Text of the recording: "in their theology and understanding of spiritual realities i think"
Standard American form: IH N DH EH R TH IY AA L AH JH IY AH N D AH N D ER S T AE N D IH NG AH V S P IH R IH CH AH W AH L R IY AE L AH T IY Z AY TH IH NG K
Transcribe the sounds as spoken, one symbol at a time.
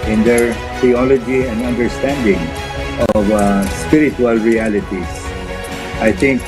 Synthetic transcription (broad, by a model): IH N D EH R T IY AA L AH JH IY AH N D AH N D ER S T AE N D IH NG AH V S P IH R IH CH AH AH L R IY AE L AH T IY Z AY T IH NG K